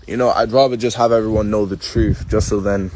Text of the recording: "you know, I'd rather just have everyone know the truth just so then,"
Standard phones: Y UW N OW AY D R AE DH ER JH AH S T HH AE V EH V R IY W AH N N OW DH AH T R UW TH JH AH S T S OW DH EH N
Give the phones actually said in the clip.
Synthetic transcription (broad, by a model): Y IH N OW AY D R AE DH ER JH AH S T HH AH V EH V R IY W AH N N OW DH AH T R UW TH JH AH S T S OW DH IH N